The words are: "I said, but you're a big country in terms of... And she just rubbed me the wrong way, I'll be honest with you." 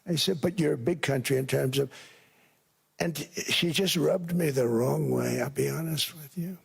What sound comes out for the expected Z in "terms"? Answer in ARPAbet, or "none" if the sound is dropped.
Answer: Z